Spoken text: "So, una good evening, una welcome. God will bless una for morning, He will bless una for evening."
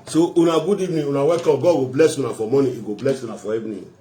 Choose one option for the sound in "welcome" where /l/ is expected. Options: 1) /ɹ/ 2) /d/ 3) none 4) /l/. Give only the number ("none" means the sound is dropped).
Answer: 3